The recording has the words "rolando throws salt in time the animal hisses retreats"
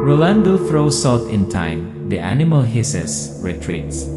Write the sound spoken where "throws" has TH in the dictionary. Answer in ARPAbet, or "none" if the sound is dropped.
F